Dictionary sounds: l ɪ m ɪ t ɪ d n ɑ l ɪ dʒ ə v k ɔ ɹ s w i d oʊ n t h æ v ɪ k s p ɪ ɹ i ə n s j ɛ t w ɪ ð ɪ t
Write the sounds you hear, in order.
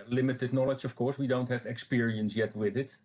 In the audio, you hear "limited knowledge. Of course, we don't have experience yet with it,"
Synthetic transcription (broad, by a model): l ɪ m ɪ t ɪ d n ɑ l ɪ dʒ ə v k ɔ ɹ s w i d oʊ n t h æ v ɪ k s p ɪ ɹ i ə n s j ɛ t w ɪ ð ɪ t